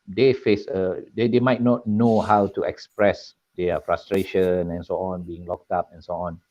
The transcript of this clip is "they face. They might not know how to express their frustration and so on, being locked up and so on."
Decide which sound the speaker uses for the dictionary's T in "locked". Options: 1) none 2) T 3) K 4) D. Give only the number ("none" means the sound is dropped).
2